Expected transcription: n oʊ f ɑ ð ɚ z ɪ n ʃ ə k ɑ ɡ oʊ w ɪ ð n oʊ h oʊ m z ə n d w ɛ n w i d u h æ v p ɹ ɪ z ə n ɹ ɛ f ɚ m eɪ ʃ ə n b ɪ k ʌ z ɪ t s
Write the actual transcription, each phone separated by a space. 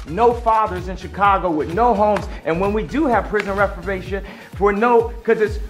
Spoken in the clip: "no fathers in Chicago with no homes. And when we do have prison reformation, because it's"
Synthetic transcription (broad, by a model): n oʊ f ɑ ð ɚ z ɪ n ʃ ə k ɑ ɡ oʊ w ɪ ð n oʊ h oʊ m z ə n w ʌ n w i d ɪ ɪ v p ɹ ɪ z ə n ɹ ɛ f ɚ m eɪ ʃ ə n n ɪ k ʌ z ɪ t s